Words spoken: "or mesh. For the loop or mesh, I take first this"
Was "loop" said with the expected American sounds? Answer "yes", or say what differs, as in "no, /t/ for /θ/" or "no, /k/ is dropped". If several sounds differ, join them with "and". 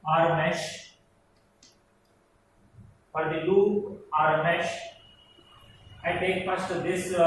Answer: no, /p/ is dropped